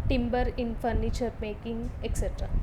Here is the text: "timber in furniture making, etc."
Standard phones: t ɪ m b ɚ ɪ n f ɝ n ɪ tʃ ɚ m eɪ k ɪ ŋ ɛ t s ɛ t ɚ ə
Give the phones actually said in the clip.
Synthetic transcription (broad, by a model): t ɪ m b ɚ ɪ n f ɝ n ɪ tʃ ɚ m eɪ k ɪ ŋ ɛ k s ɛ t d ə